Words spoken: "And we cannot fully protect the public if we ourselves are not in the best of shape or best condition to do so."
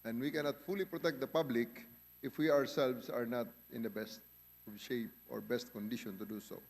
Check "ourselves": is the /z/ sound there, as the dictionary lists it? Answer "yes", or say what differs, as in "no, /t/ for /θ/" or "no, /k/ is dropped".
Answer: no, /s/ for /z/